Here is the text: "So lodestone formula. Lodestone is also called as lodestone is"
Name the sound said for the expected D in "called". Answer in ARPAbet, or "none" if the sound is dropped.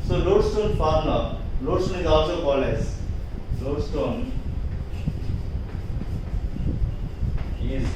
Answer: none